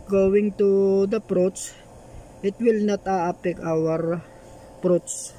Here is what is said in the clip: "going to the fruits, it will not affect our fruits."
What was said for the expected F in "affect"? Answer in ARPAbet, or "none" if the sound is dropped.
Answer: P